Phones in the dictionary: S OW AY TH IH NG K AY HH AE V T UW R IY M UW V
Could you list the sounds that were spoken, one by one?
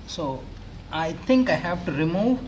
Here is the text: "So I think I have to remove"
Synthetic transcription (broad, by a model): S OW AY T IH NG K AY HH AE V T UW R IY M UW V